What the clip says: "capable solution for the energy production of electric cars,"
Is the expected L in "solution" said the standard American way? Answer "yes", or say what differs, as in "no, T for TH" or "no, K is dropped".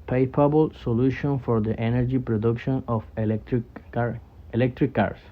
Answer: yes